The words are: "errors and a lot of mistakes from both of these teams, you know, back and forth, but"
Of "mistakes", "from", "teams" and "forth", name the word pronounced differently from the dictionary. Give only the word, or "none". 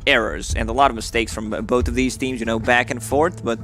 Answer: none